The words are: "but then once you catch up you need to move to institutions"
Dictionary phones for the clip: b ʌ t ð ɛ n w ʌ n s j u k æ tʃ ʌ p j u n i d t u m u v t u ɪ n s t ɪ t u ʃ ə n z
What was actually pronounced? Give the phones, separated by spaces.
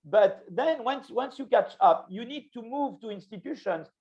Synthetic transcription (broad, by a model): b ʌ t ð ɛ n w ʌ n s j u k æ tʃ ʌ p j u n i d t u m u v t u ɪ n s t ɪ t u ʃ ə n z